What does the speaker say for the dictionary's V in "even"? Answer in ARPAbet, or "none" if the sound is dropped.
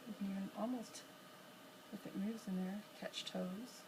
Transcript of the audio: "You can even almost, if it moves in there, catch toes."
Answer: none